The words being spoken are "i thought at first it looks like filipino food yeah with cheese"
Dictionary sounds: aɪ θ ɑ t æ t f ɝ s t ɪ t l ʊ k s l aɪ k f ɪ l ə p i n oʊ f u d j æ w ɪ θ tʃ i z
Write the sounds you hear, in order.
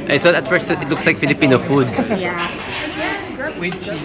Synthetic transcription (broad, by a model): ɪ s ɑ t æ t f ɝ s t ɪ t l ʊ k s l aɪ k f ɪ l ə p i n oʊ f u d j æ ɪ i